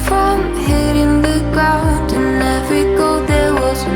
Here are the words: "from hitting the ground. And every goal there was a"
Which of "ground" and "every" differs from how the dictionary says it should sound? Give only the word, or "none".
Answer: ground